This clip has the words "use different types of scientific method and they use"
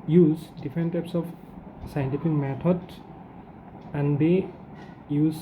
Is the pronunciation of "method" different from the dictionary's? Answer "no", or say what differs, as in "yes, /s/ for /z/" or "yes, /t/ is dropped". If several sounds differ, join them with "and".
yes, /t/ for /θ/